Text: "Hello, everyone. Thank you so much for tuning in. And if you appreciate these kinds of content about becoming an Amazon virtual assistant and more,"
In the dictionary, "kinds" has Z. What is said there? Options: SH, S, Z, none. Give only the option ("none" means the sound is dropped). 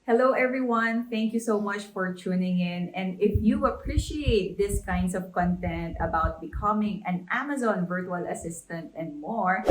S